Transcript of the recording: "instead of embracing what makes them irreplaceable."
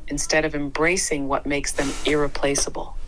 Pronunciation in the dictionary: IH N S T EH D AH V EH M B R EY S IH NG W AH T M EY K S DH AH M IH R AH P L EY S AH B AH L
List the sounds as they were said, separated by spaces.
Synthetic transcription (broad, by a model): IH N S T EH D AH V EH M B R EY S IH NG W AH T M EY K S DH AH M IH R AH P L EY S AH B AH L